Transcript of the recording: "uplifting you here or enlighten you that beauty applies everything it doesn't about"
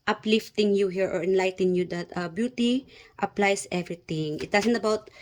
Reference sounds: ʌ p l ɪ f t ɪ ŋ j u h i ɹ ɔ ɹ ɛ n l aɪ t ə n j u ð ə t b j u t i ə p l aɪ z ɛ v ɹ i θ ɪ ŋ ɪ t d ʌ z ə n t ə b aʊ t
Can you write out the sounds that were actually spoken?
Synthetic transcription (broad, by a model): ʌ p l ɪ f t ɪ ŋ j u h i ɹ ɔ ɹ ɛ n l aɪ t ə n j u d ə t b j u t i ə p l aɪ s ɛ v ɹ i t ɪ ŋ ɪ t d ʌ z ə n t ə b aʊ t